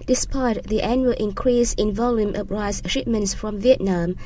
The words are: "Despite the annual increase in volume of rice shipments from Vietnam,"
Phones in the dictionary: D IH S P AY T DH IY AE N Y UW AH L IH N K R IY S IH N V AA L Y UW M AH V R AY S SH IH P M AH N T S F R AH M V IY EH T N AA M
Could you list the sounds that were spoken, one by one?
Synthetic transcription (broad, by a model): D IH S P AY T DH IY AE N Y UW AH L IH N K R IY S IH N V AA L Y UW M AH P R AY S SH IH P M AH N T S F R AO M V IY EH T N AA M